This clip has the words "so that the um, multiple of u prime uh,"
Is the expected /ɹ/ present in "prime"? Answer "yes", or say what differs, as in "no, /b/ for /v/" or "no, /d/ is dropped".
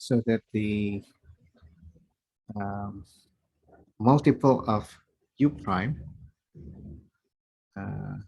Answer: yes